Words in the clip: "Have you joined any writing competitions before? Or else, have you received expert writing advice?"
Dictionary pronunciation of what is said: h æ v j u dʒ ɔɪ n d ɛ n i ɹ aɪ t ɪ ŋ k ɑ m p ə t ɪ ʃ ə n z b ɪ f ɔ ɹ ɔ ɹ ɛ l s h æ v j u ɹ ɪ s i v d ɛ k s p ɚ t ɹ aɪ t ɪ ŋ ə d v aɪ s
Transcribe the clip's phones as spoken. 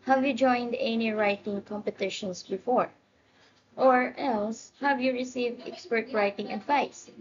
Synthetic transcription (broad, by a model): h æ v j u dʒ ɔɪ n d ɛ n i ɹ aɪ t ɪ ŋ k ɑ m p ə t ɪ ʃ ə n s b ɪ f ɔ ɹ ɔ ɹ ɛ l s h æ v j u ɹ ɪ s i v d ɛ k s p ɚ t ɹ aɪ t ɪ ŋ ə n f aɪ s